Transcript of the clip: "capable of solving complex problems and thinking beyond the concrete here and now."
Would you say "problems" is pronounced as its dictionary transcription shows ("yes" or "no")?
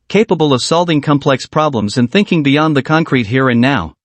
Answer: yes